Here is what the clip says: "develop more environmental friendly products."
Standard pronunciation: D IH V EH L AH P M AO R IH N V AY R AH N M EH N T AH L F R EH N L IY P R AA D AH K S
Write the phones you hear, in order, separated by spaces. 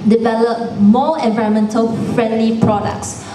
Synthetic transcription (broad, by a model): D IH V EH L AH P M AO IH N V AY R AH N M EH N T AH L F R EH N L IY P R AA D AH K S